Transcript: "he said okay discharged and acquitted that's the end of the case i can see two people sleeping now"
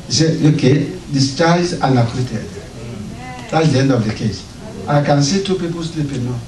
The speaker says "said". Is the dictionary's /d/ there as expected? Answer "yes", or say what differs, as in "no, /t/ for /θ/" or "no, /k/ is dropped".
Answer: no, /d/ is dropped